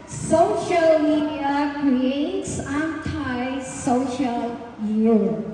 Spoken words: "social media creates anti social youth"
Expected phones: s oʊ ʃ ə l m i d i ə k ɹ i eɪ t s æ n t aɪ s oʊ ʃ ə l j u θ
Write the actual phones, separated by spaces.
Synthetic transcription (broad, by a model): s oʊ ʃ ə l m i d i ə k ɹ i eɪ t s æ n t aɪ s oʊ ʃ ə l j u